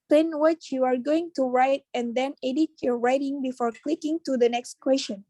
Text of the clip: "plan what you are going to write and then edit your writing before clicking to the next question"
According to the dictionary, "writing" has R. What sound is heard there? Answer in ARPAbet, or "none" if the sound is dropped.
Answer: R